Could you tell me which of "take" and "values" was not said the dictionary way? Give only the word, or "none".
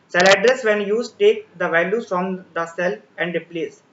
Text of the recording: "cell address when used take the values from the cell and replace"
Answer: values